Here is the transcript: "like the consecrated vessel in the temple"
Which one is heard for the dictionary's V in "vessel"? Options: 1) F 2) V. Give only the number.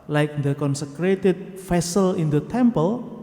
1